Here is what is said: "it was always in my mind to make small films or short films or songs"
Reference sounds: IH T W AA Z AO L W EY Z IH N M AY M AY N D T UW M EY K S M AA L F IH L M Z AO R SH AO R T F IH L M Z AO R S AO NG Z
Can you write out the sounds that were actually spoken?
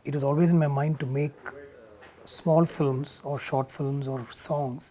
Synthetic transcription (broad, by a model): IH T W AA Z AO L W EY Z IH N M AY M AY N D T UW M EY K S M AA L F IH L M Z AO R SH AO R T F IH L M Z AO R S AO NG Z